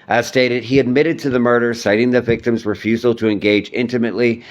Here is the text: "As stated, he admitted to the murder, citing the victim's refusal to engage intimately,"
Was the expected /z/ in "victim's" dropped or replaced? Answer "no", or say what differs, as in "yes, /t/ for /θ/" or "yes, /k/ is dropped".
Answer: no